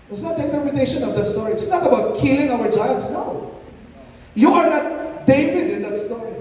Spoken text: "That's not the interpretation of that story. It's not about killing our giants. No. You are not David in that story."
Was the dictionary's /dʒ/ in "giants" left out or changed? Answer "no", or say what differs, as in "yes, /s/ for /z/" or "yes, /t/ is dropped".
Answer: yes, /tʃ/ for /dʒ/